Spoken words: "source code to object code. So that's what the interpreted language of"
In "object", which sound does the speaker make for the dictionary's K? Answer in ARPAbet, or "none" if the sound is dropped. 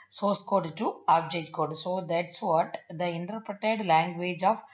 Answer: none